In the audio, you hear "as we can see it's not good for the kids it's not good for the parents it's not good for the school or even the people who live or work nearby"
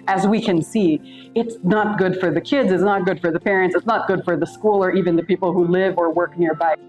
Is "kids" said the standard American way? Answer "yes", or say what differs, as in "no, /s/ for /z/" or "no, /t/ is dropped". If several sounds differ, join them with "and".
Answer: yes